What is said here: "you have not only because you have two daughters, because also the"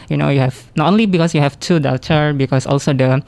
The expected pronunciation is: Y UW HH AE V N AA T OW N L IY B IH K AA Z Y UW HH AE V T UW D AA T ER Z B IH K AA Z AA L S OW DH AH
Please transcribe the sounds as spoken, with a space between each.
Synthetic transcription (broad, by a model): Y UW HH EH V N AA T OW N L IY B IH K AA S Y UW HH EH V T UW D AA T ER B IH K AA S AA L S OW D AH